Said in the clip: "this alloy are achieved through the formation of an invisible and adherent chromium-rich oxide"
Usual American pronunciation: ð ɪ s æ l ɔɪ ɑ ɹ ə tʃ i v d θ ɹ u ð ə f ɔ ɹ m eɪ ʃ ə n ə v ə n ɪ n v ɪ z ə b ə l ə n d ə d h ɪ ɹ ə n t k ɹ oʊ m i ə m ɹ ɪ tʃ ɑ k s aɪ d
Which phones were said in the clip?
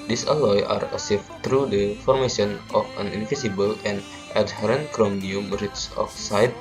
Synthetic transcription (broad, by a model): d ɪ s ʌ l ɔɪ ɑ ɹ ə s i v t ɹ u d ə f ɔ ɹ m eɪ ʃ ə n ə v ə n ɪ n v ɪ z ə b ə l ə n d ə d h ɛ ɹ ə n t k ɹ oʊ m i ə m ɹ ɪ s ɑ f s aɪ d